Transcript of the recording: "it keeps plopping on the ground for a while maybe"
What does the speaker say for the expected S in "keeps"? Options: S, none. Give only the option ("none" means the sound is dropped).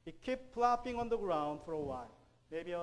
none